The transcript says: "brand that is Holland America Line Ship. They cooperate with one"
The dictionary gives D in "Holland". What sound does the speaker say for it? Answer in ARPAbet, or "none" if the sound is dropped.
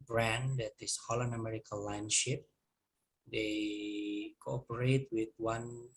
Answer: none